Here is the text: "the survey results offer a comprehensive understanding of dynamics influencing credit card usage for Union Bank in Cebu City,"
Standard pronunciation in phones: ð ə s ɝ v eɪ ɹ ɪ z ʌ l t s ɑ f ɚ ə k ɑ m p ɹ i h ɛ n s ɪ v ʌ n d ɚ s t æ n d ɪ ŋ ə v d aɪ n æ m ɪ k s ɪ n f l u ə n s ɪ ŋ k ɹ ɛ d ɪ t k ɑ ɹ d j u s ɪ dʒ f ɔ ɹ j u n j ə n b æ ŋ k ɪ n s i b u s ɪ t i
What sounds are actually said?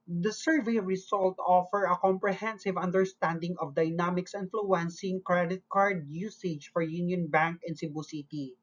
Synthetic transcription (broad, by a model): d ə s ɝ v eɪ ɹ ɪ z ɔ l t ɑ f ɚ ə k ɑ m p ɹ i h ɛ n s ɪ v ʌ n d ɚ s t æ n d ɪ ŋ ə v d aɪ n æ m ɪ k s ɪ n f l u ə n s ɪ ŋ k ɹ ɛ d ɪ t k ɑ ɹ d j u s ɪ dʒ f ɔ ɹ j u n j ə n b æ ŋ k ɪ n s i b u s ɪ t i